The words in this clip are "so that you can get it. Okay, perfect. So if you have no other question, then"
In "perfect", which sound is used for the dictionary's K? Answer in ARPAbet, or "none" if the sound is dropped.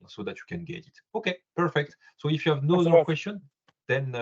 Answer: K